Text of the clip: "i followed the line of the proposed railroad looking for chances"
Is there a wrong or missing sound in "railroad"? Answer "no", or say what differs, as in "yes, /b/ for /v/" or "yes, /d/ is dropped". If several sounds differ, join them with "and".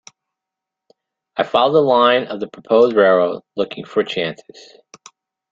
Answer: yes, /l/ is dropped